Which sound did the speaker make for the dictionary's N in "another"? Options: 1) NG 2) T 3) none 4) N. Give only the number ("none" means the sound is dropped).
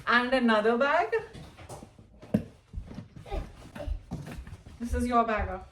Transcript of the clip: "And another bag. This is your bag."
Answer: 4